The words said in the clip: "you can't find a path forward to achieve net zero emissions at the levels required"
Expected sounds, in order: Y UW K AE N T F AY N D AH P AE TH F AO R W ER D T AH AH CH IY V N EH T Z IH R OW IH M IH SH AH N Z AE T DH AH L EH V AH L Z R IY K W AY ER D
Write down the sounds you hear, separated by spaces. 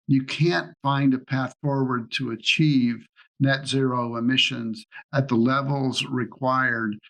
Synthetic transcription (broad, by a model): Y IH K AE N T F AY N D AH P AE TH F AO R W ER D T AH AH CH IY V N EH T Z IH R OW IH M IH SH AH N Z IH T DH AH L EH V L Z R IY K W AY ER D